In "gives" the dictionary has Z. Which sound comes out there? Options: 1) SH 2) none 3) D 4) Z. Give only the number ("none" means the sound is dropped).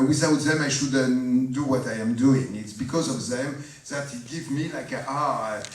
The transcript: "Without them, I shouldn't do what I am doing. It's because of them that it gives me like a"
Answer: 2